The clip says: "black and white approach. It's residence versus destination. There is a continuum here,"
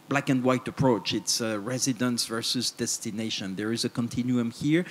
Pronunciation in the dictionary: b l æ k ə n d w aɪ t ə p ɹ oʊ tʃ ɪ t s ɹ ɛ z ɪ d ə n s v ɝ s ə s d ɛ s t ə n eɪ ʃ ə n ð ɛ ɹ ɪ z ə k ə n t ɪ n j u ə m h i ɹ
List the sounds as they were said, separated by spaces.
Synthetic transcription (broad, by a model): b l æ k ə n d w aɪ t ə p ɹ oʊ tʃ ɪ t s ɹ ɛ z ɪ d ə n s v ɝ s ə s d ɛ s t ə n eɪ ʃ ə n ð ɛ ɹ ɪ z ə k ə n t ɪ n j u ə m h i ɹ